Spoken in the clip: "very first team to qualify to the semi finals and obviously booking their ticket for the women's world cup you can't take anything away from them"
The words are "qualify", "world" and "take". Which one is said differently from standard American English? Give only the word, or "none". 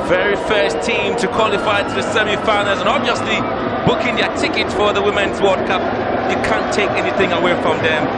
world